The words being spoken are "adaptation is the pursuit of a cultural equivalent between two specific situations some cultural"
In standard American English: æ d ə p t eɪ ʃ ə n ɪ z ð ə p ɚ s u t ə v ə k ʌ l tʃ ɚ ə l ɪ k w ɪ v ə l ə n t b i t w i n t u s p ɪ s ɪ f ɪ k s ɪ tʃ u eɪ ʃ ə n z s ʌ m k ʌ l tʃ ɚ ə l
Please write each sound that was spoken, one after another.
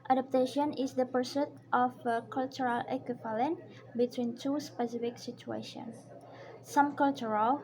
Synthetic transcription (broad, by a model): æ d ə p t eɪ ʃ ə n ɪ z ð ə p ɚ s u t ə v ə k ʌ l tʃ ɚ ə l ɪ k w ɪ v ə l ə n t b i t w i n t u s p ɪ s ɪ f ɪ k s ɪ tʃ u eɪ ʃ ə n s s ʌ m k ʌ l tʃ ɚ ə l